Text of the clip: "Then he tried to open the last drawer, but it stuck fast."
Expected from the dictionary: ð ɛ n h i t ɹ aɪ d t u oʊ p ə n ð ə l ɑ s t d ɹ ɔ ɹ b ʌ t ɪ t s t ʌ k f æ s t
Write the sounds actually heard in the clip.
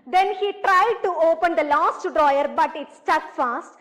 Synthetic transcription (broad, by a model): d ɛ n h i t ɹ aɪ d t u oʊ p ə n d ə l ɑ s t d ɹ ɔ ɹ b ʌ t ɪ t s t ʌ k f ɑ s t